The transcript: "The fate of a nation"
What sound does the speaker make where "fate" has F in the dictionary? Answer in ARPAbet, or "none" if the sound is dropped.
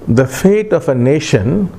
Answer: F